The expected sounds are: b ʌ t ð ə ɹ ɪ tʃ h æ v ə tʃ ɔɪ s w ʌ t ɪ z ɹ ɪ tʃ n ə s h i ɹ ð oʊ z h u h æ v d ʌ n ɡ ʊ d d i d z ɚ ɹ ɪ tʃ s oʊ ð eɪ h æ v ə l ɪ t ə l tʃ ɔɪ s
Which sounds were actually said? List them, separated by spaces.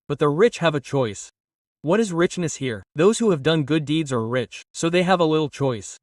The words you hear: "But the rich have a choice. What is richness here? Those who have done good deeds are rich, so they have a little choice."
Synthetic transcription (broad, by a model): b ʌ t ð ə ɹ ɪ tʃ h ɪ v ə tʃ ɔɪ s w ʌ t ɪ z ɹ ɪ tʃ n ə s h i ɹ ð oʊ z h u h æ v d ʌ n ɡ ʊ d d i d z ɚ ɹ ɪ tʃ s oʊ ð eɪ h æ v ə l ɪ t l tʃ ɔɪ s